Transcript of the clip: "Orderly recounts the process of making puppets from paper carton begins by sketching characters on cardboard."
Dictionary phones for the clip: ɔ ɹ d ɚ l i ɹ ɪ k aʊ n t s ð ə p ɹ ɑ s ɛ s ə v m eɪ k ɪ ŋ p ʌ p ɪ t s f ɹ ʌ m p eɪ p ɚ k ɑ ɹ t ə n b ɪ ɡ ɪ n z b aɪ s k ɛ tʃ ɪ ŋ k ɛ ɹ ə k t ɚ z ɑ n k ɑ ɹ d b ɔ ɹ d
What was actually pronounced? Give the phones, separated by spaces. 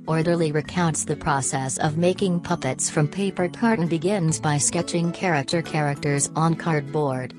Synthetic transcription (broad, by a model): ɔ ɹ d ɚ l i ɹ ɪ k aʊ n t s ð ə p ɹ ɑ s ɛ s ə v m eɪ k ɪ ŋ p ʌ p ɪ t s f ɹ ʌ m p eɪ p ɚ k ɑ ɹ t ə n b ɪ ɡ ɪ n z b aɪ s k ɛ tʃ ɪ ŋ k ɛ ɹ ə k t ɚ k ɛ n k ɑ ɹ d b ɔ ɹ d